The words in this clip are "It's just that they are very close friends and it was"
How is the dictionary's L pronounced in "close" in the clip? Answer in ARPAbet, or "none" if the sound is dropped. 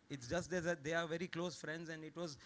L